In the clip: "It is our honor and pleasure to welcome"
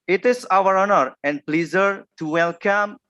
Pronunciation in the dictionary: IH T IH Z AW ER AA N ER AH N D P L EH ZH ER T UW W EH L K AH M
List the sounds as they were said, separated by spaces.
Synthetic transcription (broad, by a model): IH T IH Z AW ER AA N ER AH N D P L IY Z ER T UW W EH L K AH M